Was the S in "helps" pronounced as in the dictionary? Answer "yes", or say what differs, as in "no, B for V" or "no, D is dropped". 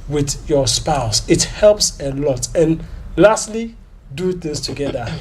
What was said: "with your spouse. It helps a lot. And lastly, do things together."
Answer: yes